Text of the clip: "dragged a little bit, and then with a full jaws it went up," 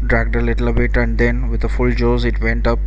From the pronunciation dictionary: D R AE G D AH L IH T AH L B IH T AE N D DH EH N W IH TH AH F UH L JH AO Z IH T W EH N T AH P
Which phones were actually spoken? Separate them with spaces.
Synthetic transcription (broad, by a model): D R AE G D AH L IH T AH L B IH T AE N D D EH N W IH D AH F UH L JH AO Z IH T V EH N T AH P